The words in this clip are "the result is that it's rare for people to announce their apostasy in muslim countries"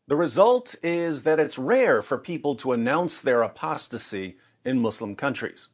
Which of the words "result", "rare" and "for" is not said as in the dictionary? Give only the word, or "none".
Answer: none